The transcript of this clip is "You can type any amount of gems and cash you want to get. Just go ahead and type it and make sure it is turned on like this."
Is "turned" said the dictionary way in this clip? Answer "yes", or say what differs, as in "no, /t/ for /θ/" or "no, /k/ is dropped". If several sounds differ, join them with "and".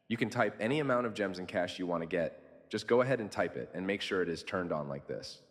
yes